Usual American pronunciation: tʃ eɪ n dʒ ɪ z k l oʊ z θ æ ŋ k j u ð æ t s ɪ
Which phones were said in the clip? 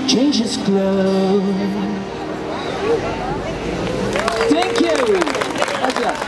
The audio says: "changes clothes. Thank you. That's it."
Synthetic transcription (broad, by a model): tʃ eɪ n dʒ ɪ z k l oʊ θ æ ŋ k j u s